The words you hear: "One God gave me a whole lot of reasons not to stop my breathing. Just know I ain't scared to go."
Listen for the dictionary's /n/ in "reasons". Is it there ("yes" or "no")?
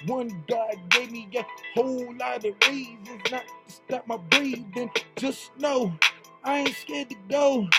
no